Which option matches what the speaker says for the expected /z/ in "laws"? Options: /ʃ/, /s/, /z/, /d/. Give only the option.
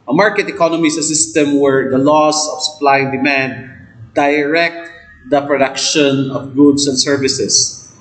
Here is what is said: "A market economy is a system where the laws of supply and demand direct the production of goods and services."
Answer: /s/